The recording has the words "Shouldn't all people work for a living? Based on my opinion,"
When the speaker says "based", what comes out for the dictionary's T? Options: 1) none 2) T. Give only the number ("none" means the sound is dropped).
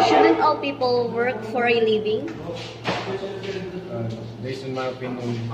1